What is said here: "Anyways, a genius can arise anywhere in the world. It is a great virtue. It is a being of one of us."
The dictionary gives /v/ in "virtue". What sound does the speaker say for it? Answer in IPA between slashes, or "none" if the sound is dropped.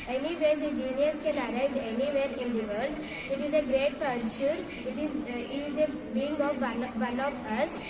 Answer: /f/